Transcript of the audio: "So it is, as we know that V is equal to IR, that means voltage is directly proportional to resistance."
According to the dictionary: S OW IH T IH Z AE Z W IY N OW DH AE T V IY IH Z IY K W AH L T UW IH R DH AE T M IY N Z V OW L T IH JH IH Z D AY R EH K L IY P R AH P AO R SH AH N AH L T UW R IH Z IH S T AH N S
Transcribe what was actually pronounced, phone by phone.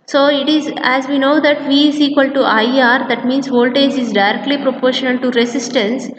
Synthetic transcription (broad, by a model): S OW IH T IH Z AE Z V IY N OW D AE T V IY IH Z IY K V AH L T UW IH R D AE T M IY N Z V OW L T IH JH IH Z D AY R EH K L IY P R AH P AO R SH AH N AH L T UW R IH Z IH S T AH N S